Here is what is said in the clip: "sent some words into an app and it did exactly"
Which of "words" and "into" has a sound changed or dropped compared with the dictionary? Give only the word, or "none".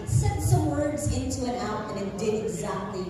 none